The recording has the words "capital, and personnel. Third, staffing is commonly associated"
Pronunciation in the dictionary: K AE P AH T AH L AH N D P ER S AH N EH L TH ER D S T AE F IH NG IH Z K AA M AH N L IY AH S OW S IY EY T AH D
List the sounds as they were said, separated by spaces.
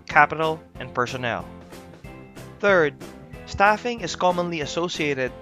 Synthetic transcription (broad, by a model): K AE P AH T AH L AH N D P ER S AH N EH L TH ER D S T AE F IH NG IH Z K AA M AH N L IY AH S OW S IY EY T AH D